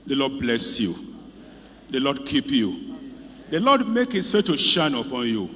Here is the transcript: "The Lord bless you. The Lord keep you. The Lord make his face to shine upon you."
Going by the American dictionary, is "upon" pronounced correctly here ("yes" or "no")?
yes